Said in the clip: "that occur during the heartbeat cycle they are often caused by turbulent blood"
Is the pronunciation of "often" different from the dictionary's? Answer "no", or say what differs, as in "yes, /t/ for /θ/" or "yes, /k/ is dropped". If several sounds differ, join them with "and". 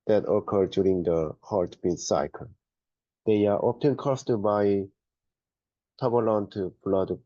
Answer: yes, /p/ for /f/